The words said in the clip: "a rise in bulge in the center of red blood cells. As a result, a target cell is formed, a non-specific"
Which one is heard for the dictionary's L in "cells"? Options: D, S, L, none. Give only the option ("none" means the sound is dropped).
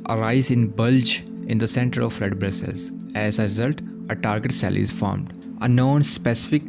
none